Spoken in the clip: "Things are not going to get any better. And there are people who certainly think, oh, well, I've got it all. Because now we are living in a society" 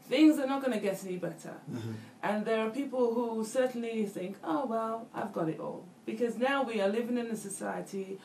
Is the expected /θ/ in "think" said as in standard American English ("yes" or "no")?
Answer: yes